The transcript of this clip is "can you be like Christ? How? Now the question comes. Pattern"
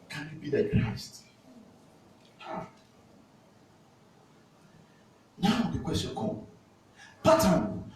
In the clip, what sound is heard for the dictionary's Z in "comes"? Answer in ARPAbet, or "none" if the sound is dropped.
none